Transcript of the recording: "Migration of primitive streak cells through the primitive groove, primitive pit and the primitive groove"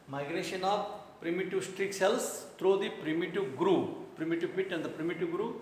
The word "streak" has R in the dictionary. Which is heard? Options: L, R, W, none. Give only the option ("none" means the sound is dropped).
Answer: R